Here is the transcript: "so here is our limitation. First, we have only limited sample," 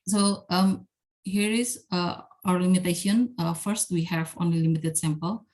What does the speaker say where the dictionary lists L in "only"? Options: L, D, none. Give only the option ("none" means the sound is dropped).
none